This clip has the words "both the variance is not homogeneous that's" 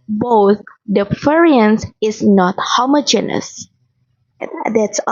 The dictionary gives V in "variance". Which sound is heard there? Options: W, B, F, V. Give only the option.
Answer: F